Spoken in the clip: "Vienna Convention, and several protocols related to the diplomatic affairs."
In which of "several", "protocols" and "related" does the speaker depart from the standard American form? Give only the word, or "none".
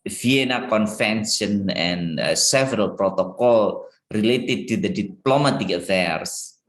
protocols